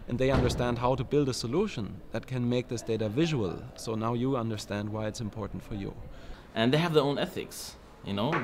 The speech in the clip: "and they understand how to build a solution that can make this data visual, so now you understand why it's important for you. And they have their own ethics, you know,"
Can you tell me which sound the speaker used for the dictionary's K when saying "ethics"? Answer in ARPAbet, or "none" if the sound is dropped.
K